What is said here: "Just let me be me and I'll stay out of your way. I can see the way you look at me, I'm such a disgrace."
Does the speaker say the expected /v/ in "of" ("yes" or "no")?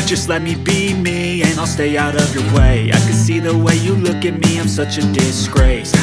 yes